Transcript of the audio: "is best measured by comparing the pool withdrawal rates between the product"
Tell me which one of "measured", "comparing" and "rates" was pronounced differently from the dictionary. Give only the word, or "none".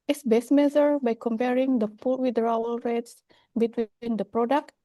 measured